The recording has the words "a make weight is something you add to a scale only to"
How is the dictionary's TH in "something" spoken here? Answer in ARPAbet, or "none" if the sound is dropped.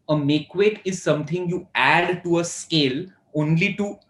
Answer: T